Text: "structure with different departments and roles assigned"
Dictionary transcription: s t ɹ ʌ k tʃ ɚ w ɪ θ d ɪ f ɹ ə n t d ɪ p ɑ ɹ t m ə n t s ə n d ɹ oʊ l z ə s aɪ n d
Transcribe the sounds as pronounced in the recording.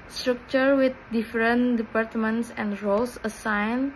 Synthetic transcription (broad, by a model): s t ɹ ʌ k tʃ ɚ w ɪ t d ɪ f ɹ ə n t d ɪ p ɑ ɹ t m ə n t s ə n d ɹ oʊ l s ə s aɪ n